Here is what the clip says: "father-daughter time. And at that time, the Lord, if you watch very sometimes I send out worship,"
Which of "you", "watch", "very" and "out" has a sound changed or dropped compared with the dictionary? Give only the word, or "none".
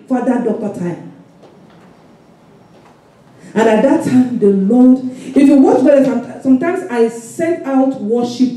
very